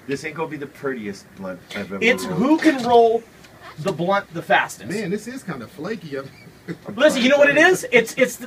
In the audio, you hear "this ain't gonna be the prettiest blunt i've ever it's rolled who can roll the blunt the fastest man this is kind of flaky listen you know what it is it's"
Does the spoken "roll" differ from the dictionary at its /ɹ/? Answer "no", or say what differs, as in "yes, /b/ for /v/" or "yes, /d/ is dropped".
no